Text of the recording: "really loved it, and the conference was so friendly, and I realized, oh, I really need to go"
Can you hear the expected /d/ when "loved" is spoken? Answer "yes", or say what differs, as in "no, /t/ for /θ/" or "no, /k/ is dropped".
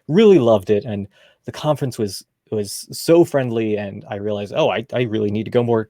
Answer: yes